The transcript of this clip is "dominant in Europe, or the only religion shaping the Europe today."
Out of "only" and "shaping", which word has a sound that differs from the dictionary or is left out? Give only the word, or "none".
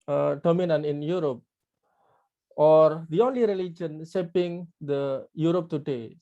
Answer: shaping